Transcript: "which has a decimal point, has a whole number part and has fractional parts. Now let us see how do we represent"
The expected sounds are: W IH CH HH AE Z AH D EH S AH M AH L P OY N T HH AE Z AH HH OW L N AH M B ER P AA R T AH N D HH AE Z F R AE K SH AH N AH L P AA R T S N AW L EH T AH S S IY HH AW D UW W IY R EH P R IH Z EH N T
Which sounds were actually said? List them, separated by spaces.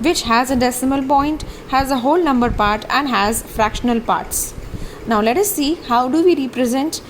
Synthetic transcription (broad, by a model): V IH CH HH AE Z AH D EH S AH M AH L P OY N T HH AE Z AH HH OW L N AH M B ER P AA R T AH N D HH AE Z F R AE K SH AH N AH L P AA R T S N AW L EH T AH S S IY HH AW D UW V IY R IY P R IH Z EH N T